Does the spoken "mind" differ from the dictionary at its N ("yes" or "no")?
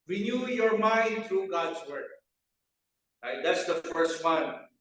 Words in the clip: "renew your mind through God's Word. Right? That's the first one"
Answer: no